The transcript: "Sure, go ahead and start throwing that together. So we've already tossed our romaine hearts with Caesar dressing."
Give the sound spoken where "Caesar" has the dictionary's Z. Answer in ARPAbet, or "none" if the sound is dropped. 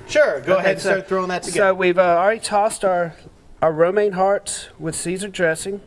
Z